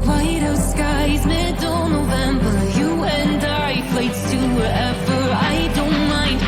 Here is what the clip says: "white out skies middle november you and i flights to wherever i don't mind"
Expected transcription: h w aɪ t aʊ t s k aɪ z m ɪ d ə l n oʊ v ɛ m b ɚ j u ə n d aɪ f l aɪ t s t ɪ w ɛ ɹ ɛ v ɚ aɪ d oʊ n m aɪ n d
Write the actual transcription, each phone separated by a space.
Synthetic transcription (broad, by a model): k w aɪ t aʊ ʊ s k aɪ z m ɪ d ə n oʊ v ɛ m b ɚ j u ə n d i p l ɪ t s t ɪ w ɛ ɹ ɛ v ɚ aɪ d oʊ n m aɪ n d